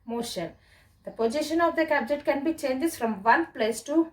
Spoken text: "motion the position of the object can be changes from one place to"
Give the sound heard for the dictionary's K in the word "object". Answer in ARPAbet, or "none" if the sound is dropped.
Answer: none